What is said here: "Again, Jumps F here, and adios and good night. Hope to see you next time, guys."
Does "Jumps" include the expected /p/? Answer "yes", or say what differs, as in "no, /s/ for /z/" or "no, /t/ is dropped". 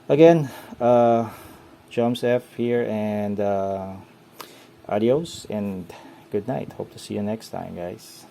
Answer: no, /p/ is dropped